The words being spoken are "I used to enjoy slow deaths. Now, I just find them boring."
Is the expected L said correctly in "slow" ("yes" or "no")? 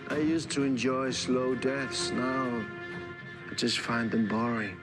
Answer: yes